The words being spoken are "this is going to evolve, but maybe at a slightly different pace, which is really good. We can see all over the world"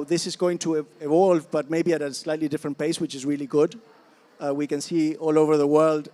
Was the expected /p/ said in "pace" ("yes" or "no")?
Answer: yes